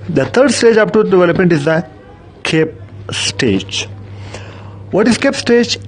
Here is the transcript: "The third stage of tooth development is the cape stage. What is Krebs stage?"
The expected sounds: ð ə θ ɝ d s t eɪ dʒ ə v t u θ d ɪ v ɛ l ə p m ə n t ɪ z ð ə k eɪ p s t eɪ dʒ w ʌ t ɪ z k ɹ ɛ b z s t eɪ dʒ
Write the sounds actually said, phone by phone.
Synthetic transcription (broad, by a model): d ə t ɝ d s t eɪ dʒ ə p t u d ɪ v ɛ l ə p m ə n t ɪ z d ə k eɪ p s t eɪ dʒ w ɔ t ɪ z k ɛ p s t eɪ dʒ